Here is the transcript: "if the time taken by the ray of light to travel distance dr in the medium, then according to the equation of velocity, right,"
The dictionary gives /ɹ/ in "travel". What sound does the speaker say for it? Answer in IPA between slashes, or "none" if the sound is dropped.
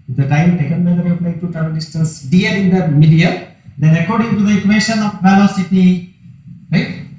none